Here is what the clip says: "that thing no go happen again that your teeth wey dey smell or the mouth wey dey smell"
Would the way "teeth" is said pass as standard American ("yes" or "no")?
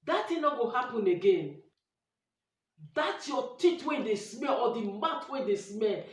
no